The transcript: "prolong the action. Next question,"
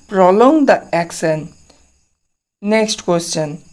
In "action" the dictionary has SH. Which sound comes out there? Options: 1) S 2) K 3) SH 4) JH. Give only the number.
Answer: 1